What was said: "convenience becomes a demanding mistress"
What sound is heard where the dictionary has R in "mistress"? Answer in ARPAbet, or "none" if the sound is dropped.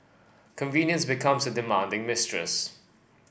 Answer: R